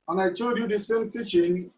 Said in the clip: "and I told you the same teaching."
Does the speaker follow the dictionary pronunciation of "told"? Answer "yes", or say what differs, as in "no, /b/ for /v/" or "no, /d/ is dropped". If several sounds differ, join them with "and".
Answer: no, /l/ is dropped